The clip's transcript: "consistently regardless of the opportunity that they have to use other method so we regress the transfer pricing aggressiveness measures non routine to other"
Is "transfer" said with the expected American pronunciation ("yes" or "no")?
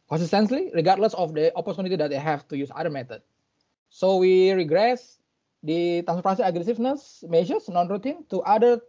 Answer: no